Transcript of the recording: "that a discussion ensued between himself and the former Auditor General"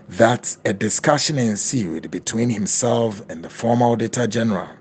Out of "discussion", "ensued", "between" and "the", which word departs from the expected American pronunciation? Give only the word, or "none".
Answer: none